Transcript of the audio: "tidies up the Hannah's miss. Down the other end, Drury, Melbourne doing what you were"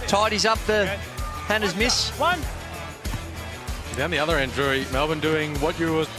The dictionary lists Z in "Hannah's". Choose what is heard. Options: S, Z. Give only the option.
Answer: Z